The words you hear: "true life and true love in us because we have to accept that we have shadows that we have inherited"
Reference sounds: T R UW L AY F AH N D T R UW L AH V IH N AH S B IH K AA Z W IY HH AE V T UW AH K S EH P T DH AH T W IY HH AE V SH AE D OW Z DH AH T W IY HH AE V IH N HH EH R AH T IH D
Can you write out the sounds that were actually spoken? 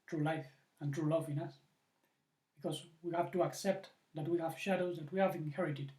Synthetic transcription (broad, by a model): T R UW L AY F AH N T R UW L AH V IH N AH S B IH K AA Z W IY HH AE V T UW AH K S EH P T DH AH T W IY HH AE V SH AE D OW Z DH AH T W IY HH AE V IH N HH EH R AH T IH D